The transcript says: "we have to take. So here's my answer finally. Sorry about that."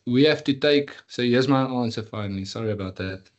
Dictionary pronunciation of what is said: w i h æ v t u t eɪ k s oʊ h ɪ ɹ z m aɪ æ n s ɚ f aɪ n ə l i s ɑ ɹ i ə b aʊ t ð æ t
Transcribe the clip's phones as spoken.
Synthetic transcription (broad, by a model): w i h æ f t u t eɪ k s oʊ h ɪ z m aɪ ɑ n s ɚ f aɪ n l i s ɑ ɹ i ə b aʊ t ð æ t